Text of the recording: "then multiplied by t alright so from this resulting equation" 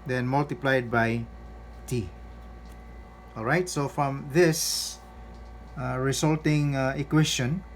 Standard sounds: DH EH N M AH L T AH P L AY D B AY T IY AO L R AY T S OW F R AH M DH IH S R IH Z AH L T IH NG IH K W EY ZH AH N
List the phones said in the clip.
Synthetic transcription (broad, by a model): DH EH N M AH L T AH P L AY D B AY T IY AO L R AY T S OW F R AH M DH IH S R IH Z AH L T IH NG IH K W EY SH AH N